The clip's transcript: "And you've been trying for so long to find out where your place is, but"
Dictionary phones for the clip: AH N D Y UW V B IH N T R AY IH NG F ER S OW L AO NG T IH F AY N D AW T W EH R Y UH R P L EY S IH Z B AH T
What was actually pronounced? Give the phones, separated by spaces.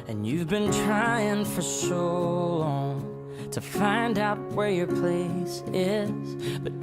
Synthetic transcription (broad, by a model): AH N Y UW V B IH N T R AY IH NG F ER S OW L AO NG T IH F AY N D AW T W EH R Y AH R P L EY S IH Z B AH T